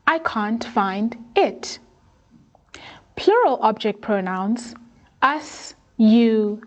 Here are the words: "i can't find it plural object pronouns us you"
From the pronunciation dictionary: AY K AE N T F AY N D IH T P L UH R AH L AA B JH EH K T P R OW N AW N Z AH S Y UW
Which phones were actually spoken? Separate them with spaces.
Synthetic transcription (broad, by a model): AY K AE N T F AY N D IH T P L UH R AH L AA B JH EH K T P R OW N AW N S AH S Y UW